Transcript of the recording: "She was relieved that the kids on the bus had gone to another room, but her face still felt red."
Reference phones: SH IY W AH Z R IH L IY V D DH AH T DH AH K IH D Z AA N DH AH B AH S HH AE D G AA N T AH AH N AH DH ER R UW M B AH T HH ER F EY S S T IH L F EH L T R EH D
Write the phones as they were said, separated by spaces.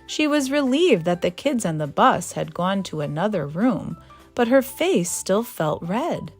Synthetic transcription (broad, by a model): SH IY W AH Z R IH L IY V DH AH T DH AH K IH D Z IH N DH AH B AH S HH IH D G AA N T AH AH N AH DH ER R UW M B AH T HH ER F EY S S T IH L F EH L T R EH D